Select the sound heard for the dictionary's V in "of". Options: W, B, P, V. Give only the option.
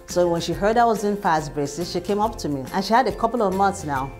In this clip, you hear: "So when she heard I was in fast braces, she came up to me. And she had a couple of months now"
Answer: V